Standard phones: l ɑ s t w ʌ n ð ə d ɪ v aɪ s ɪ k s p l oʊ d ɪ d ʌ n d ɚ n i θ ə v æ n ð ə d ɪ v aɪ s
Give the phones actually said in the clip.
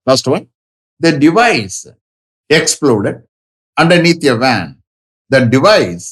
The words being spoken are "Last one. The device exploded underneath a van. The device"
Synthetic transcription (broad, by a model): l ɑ s t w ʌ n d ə d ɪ v aɪ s ɪ k s p l oʊ d ɪ d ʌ n d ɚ n i t ə v æ n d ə d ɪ v aɪ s